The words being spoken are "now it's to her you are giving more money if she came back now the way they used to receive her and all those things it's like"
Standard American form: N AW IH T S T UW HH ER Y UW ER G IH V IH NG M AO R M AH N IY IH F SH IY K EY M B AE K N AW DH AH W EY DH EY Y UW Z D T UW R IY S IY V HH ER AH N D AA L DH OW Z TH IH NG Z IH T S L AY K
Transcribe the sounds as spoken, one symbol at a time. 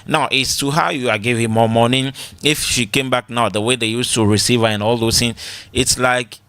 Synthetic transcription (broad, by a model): N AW IH T S T UW HH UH Y UW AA G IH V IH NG M AO M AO N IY IH F SH IY K EY M B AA K N AW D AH W EY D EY Y UW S T UW R IY S IY V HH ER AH N AA L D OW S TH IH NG IH T S L AY K